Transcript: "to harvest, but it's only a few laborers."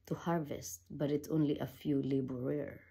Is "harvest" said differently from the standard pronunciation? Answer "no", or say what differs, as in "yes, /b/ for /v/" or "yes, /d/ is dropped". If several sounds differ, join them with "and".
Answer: no